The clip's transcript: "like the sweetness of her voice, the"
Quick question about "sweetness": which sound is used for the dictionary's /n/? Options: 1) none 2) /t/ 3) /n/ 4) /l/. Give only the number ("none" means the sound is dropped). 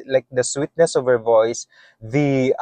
3